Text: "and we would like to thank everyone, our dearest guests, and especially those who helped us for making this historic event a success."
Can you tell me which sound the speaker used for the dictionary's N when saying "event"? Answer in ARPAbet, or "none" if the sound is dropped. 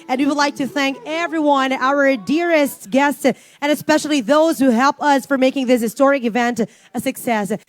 N